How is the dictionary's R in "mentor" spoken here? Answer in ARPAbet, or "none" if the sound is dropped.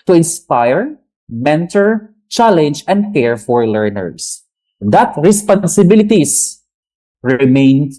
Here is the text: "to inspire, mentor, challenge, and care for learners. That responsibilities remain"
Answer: R